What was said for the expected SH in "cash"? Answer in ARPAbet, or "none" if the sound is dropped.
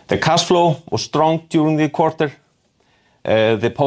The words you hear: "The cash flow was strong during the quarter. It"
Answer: S